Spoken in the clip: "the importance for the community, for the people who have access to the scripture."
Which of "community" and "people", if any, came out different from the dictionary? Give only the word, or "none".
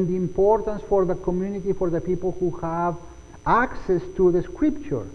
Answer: none